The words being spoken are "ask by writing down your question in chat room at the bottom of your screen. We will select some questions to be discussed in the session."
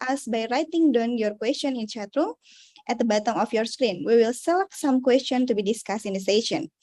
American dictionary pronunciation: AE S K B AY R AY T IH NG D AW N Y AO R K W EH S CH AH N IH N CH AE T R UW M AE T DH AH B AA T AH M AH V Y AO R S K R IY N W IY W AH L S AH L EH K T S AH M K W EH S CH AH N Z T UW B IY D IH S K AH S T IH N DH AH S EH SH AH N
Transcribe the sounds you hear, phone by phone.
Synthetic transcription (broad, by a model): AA S B AY R AY T IH NG D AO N Y AO R K W EH S CH AH N IH N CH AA T R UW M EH T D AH B AA T AH M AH F Y AO R S K R IY N W IY W AH L S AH L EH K S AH M K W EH S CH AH N T UW B IY D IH S K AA S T IH N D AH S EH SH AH N